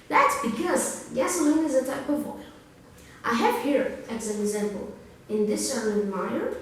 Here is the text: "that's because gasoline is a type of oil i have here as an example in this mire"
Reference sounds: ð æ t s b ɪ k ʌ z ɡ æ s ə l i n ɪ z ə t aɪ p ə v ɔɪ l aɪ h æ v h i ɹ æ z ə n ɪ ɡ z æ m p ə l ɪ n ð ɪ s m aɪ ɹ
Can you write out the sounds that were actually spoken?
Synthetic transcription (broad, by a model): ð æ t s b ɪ k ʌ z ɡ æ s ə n ɪ z ə t aɪ p ə v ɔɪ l aɪ h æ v h i ɹ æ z ə n ɪ ɡ z æ m p ə l ɪ n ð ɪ s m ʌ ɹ